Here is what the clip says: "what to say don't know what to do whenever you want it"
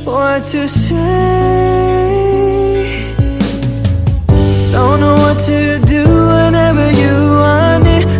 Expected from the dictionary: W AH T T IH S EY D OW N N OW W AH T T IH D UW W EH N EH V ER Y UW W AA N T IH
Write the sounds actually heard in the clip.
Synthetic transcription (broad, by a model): W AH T T IH S EY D OW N N OW W AH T T IH D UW W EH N EH V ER Y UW W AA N IH